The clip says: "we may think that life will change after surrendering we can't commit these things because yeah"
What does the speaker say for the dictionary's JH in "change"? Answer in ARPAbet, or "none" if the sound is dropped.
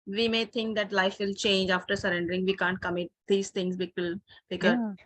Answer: JH